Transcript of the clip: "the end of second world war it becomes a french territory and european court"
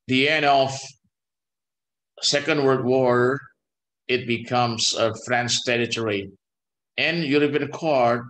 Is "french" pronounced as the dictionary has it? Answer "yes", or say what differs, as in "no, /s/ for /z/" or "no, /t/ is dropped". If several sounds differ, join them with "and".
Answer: no, /s/ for /tʃ/